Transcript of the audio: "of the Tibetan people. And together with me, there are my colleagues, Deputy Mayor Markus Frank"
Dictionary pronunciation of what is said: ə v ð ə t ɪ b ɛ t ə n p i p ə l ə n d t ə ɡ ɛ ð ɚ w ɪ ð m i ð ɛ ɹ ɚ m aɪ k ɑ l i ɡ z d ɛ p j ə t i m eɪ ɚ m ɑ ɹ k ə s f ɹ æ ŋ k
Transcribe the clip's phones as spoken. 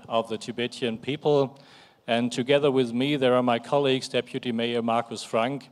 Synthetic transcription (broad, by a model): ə v ð ə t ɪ b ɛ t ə n p i p ə l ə n t ə ɡ ɛ ð ɚ w ɪ ð m i ð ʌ ɹ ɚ m aɪ k ɑ l i ɡ z d ɛ p j ə t i m eɪ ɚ m ɑ ɹ k ə s f ɹ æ ŋ k